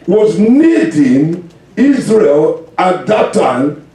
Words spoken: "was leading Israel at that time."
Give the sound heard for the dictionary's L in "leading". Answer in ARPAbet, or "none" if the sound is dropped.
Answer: N